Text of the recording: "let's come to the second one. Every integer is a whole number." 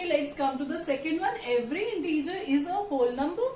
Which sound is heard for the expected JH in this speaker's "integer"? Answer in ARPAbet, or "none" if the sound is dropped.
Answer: JH